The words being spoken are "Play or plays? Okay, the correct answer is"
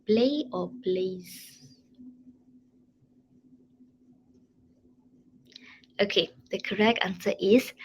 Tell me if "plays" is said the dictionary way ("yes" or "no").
no